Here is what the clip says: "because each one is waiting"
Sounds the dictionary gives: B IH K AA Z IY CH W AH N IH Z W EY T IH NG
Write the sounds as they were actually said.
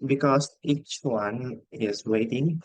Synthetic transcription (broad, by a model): B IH K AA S IY CH W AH N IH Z W EY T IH NG